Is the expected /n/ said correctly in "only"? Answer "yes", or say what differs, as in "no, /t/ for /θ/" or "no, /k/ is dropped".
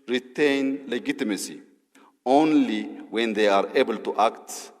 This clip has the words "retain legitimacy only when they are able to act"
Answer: yes